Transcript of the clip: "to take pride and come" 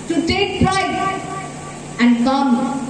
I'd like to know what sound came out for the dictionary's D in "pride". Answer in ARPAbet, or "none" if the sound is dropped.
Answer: none